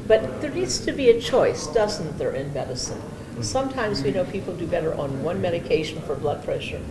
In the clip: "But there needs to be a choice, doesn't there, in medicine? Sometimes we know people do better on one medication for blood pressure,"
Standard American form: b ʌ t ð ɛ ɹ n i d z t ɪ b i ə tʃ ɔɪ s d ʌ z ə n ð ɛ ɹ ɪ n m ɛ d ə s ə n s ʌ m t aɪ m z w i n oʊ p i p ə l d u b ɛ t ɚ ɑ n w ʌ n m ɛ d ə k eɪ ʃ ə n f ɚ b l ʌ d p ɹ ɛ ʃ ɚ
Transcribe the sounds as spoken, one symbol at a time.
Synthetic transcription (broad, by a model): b ʌ t ð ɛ ɹ n i d z t ɪ b i ə tʃ ɔɪ s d ʌ z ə n ð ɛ ɹ ɪ n m ɛ d ə s ə n s ʌ m t aɪ m z w i n oʊ p i p l d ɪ b ɛ t ɚ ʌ n w ʌ n m ɛ d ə k eɪ ʃ n f ɚ b l ʌ d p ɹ ɛ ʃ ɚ